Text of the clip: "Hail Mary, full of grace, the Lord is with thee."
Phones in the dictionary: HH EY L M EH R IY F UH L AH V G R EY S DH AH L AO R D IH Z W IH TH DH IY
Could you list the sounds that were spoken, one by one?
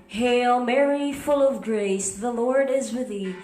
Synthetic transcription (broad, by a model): HH EY L M EH R IY F UH L AH V G R EY S DH AH L AO R D IH Z W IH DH IY